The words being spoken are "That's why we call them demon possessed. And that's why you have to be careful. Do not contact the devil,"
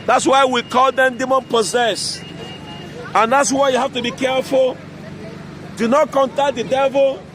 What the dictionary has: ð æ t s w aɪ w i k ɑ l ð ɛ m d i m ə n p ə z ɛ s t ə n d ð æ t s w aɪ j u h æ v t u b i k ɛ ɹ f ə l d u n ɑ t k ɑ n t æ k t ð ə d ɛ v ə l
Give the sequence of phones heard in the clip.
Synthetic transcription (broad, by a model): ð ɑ t s w aɪ w i k ɑ l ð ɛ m d i m ə n p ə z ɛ s ə n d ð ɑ t s w aɪ j u h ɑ f t u b i k ɛ ɹ f ə l d u n ɑ t k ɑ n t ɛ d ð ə d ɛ v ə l